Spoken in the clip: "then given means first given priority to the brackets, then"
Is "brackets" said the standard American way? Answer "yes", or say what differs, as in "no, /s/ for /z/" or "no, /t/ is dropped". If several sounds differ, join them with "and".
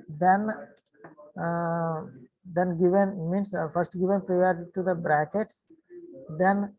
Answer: yes